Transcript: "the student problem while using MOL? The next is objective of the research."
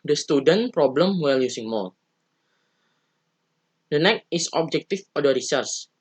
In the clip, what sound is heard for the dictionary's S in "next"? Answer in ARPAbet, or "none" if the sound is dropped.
none